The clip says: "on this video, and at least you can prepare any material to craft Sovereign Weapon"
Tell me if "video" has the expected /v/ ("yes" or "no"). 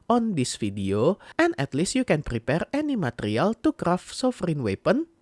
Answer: no